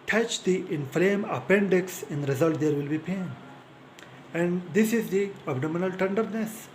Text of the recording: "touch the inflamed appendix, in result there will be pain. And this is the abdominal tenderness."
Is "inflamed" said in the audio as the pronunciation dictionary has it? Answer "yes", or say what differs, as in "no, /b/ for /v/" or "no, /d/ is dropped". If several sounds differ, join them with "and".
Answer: no, /d/ is dropped